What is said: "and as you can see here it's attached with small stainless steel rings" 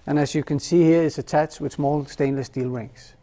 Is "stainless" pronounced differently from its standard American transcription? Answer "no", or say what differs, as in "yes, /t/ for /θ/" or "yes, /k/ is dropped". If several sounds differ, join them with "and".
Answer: no